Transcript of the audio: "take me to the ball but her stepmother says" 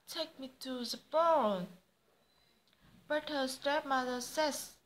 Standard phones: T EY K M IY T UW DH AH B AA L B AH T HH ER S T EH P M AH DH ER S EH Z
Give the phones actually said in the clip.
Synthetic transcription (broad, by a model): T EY K M IY T UW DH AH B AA N B AH T HH ER S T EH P M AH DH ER S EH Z